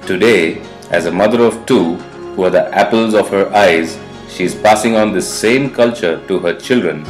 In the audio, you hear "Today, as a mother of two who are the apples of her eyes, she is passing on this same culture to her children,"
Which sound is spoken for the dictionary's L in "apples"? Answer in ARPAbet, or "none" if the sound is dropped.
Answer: L